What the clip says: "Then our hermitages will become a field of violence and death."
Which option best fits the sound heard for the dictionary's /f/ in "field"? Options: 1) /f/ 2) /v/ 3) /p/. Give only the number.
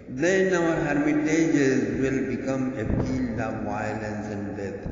3